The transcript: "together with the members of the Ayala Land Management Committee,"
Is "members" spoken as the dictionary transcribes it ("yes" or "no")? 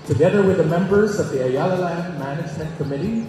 yes